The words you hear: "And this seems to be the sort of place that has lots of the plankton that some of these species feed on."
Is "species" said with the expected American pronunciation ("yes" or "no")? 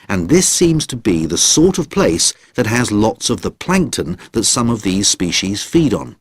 yes